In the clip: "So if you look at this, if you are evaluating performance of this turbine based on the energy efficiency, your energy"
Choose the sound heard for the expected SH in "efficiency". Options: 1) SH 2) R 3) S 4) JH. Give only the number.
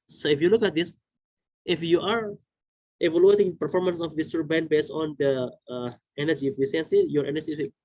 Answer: 3